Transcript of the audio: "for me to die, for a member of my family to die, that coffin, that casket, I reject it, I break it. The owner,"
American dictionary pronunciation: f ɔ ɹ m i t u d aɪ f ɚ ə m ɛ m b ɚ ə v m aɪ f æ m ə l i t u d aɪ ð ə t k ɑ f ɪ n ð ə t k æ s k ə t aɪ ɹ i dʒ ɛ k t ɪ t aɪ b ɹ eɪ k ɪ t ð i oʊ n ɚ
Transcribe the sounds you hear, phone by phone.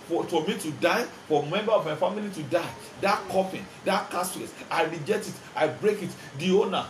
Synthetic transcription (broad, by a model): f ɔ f m i t u d aɪ f ə m ɛ m b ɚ ə v m aɪ f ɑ m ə l i t u d aɪ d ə t k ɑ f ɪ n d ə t k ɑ s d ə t aɪ ɹ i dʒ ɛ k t ɪ t aɪ b ɹ eɪ k ɪ t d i oʊ n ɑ